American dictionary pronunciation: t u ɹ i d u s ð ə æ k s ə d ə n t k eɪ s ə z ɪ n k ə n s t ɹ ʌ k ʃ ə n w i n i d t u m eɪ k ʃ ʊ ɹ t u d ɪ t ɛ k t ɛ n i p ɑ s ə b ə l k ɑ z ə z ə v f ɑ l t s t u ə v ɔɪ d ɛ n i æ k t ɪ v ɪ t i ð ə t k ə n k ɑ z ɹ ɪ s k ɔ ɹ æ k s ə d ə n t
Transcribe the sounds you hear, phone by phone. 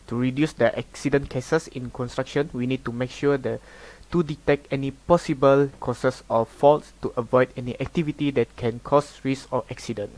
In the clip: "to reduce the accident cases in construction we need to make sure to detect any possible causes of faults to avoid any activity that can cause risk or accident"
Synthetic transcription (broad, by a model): t u ɹ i d u s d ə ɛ k s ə d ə n k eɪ s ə s ɪ n k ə n s t ɹ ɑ k ʃ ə n w i n i d t u m eɪ k ʃ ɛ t t u d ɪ t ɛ k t ɛ n i p ɑ s ə b ə l k ɑ s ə s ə f ɑ l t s t u ə v ɔɪ d ɛ n i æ k t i v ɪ t i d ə t k ə n k ɑ s ɹ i s ɔ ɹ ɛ k s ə d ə n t